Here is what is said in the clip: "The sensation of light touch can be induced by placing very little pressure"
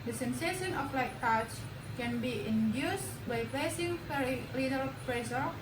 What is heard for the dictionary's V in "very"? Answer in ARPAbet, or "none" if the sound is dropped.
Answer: P